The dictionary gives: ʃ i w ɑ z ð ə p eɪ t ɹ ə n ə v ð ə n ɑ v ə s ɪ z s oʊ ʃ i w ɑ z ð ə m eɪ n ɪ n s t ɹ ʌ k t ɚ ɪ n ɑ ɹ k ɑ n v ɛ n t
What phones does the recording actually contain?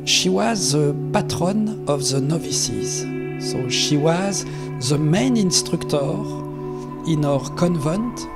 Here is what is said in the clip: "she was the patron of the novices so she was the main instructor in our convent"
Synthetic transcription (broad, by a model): ʃ i w ɑ z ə p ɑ t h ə n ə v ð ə n ɑ v ə s ɪ z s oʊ ʃ i w ɑ z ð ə m eɪ n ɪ n s t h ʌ k t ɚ ɪ n ɑ ɹ k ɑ n v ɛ n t